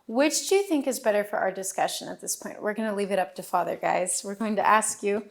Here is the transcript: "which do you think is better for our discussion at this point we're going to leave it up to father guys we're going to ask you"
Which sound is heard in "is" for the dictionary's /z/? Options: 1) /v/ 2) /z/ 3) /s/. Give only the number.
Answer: 2